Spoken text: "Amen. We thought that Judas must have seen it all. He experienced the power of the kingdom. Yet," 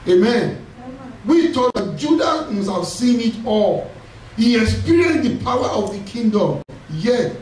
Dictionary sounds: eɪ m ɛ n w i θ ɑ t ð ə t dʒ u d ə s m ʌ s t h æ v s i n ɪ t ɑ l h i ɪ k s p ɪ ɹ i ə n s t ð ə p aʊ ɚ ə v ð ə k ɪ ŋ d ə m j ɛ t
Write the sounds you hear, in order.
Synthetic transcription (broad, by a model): eɪ m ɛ n w i t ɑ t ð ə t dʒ u d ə m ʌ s h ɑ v s i n ɪ t ɑ l h i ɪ k s p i ɹ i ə n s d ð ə p aʊ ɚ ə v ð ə k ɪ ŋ d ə m j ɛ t